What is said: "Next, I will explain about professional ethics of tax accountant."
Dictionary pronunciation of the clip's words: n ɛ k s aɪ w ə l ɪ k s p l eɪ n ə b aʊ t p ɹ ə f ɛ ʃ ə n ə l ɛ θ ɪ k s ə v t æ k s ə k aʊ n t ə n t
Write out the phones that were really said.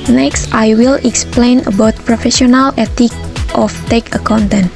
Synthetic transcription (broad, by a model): n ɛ k s aɪ w ə l ɪ k s p l eɪ n ə b aʊ t p ɹ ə f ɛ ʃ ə n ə l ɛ t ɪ k ə f t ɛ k ə k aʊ n t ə n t